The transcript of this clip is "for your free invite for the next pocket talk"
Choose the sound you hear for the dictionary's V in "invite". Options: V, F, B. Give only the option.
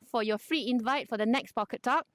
V